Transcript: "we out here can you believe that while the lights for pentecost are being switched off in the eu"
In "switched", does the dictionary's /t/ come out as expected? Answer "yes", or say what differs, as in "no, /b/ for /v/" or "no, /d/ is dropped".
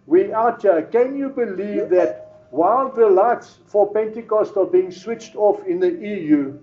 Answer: yes